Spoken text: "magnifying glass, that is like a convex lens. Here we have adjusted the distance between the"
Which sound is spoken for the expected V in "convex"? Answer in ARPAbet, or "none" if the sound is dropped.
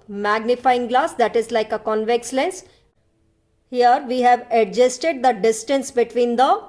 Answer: V